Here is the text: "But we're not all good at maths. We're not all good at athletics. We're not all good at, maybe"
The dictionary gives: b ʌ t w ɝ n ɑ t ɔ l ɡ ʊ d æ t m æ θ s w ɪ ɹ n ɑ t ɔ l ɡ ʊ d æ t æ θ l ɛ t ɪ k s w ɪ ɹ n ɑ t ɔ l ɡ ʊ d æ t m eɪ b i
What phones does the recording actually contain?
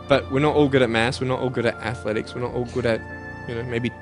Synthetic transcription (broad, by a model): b ʌ t w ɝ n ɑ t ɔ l ɡ ʊ d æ t m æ s w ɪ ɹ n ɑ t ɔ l ɡ ʊ d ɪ t æ θ l ɛ t ɪ k s w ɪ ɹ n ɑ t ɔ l ɡ ʊ d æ t m eɪ b i